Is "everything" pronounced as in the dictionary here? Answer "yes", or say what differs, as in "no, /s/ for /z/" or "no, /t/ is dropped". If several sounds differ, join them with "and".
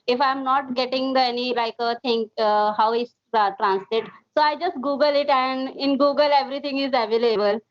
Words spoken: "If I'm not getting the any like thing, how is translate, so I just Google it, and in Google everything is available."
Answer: no, /t/ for /θ/